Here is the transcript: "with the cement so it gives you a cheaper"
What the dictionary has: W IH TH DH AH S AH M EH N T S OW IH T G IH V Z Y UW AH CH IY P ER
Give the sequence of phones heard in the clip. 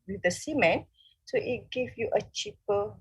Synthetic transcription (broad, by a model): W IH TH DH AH S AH M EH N S OW IH T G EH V Y UW AH CH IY P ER